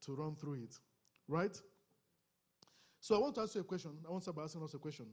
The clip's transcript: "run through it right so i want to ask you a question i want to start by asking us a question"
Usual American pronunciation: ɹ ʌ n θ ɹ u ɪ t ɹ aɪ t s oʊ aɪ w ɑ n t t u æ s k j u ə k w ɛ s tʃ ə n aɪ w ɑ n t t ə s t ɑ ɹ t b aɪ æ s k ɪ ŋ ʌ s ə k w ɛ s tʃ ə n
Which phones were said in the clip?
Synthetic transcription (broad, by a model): ɹ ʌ n θ ɹ u ɪ t ɹ aɪ t s oʊ aɪ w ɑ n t t u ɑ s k j u ə k w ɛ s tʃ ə n aɪ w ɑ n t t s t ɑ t b aɪ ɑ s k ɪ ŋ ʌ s ə k w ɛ s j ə n